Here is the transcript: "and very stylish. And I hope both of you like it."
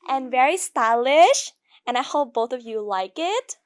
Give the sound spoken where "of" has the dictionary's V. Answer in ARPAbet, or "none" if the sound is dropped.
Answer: V